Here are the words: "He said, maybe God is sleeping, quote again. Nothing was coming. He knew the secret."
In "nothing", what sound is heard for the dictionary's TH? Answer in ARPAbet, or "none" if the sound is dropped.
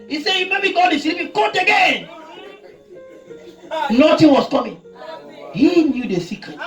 T